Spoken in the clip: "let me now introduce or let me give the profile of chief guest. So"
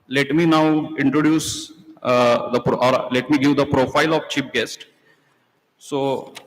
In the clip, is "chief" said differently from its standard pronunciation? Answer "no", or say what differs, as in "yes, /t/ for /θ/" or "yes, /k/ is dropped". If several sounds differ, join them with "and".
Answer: yes, /p/ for /f/